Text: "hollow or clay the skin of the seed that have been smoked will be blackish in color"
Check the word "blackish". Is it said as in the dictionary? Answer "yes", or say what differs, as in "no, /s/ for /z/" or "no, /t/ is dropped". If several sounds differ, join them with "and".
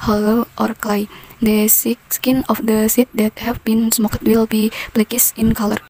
no, /s/ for /ʃ/